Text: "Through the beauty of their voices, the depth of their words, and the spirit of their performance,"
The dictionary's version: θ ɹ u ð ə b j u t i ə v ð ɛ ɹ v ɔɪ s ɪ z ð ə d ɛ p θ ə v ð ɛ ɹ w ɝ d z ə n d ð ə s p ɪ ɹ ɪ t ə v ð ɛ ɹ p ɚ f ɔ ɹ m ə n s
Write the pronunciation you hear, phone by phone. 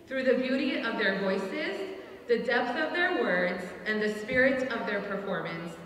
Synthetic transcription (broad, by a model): θ ɹ u ð ə b j u t i ə v ð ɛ ɹ v ɔɪ s ɪ z ð ə d ɛ p θ ə v ð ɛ ɹ w ɝ d z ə n ð ə s p ɪ ɹ ɪ t ə v ð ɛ ɹ p ɚ f ɔ ɹ m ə n s